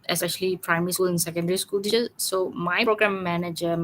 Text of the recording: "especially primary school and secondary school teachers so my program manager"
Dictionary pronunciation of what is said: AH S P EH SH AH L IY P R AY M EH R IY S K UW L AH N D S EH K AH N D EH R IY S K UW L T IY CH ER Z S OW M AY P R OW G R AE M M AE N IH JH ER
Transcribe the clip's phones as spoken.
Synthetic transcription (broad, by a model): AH S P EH SH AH L IY P R AY M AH R IY S K UW L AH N S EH K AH N D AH R IY S K UW L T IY ER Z S OW M AY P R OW G R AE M M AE N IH JH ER